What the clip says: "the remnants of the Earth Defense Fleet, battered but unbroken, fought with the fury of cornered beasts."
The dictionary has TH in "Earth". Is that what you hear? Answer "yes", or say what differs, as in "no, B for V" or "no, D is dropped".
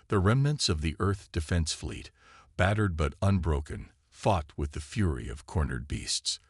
yes